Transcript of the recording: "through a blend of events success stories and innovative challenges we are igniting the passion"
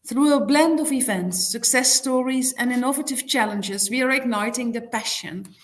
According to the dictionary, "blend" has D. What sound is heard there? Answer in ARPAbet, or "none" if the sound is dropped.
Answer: D